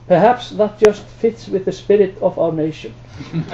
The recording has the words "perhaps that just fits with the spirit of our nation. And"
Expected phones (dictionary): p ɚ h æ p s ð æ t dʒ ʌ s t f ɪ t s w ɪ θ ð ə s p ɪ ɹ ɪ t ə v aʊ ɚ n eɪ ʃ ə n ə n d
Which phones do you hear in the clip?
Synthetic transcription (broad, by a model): p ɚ h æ p s ð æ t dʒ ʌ s t f ɪ t s w ɪ ð ə s p ɪ ɹ ɪ t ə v aʊ ɚ n eɪ ə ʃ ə n